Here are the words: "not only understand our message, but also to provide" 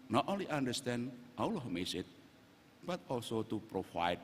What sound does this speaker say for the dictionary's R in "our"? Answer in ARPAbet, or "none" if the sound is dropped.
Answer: L